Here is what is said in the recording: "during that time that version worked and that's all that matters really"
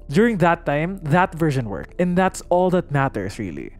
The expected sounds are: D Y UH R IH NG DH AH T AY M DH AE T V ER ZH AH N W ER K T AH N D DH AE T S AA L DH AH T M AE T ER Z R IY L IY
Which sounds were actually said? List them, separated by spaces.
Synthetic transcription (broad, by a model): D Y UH R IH NG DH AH T AY M DH AE T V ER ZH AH N W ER K AH N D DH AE T S AA L DH AH T M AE T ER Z R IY L IY